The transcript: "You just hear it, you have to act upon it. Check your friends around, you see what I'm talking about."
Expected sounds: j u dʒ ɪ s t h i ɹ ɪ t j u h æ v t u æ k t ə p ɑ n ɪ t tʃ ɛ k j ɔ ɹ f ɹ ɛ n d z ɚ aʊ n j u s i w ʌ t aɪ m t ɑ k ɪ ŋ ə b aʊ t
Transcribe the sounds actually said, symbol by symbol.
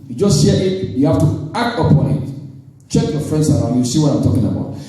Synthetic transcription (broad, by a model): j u dʒ ɪ s t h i ɪ t j u h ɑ f t u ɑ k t ə p ɑ n ɪ t tʃ ɛ k j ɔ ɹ f ɹ ɛ n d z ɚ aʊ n j u s i w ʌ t aɪ m t ɑ k ɪ ŋ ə b aʊ t